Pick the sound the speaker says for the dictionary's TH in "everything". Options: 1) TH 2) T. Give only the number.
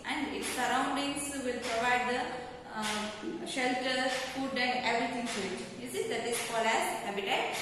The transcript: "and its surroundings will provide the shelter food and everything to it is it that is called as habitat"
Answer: 2